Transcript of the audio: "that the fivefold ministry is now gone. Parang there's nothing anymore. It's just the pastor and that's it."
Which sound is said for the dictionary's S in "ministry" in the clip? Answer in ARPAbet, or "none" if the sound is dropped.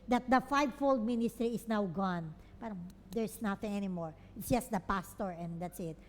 S